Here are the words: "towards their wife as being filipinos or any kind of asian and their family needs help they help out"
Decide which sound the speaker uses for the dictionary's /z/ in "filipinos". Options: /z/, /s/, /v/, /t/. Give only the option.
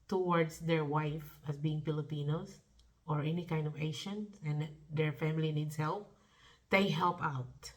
/s/